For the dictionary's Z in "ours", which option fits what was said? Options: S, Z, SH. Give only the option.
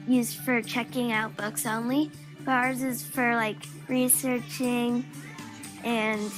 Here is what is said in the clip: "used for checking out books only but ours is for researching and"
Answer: Z